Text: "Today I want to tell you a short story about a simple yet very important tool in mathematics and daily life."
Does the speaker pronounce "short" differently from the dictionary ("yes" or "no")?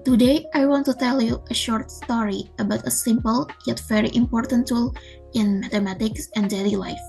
no